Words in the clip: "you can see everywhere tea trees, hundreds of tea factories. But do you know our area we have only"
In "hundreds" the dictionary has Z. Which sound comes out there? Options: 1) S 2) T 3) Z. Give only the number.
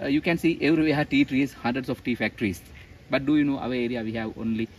1